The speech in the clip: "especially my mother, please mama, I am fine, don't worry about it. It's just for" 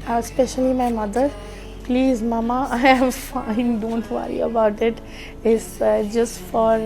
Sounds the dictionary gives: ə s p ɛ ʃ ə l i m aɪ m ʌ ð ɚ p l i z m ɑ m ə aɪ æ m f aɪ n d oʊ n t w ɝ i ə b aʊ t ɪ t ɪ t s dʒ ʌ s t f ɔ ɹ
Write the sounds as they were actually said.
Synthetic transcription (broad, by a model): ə s p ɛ ʃ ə l i m aɪ m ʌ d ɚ p l i z m ɑ m ə aɪ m f aɪ n d oʊ n t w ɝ i ə b aʊ t ɪ t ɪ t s dʒ ʌ s t f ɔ ɹ